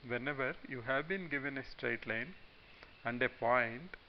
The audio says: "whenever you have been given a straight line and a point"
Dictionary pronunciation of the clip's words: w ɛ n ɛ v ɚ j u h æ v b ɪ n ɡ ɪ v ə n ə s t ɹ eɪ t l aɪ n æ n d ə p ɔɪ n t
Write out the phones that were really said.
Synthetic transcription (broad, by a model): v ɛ n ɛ v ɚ j u h æ v b ɪ n ɡ ɪ v ə n ə s t ɹ eɪ t l aɪ n æ n d ə p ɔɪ n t